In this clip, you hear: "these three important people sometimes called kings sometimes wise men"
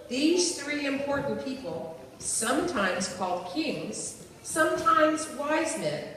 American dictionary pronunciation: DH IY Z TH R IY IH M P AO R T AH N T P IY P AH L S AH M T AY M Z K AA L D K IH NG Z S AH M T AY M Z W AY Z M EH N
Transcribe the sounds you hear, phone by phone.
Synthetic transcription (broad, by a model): DH IY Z TH R IY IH M P AO R T N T P IY P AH L S AH M T AY M Z K AA L D K IH NG Z S AH M T AY M Z W AY Z M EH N